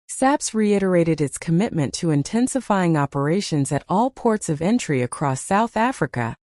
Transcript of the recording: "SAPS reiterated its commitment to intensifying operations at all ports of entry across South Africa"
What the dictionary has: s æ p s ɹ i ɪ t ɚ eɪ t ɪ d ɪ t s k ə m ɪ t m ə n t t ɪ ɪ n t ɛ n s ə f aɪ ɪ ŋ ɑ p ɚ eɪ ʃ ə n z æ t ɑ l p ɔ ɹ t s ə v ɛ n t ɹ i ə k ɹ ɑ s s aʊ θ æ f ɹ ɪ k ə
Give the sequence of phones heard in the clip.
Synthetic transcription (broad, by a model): s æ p s ɹ i ɪ t ɚ eɪ t ɪ d ɪ t s k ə m ɪ t m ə n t t ɪ ɪ n t ɛ n s ə f aɪ ɪ ŋ ɑ p ɚ eɪ ʃ ə n z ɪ t ɑ l p ɔ ɹ t s ə v ɛ n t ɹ i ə k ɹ ɑ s s aʊ θ æ f ɹ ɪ k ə